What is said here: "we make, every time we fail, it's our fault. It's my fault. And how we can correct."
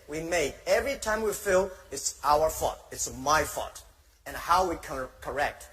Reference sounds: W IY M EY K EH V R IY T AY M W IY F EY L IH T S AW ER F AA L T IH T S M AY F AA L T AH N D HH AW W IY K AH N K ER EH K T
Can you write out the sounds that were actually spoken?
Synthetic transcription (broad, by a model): W IY M EY EH V R IY T AY M W IY F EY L IH T S AW ER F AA T IH T S M AY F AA T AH N HH AW W IY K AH K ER EH K T